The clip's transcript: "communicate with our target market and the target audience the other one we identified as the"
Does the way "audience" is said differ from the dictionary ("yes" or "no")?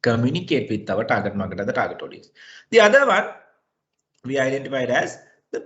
yes